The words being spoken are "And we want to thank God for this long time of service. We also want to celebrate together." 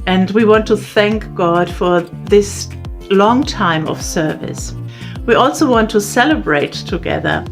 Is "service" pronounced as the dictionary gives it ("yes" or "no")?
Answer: yes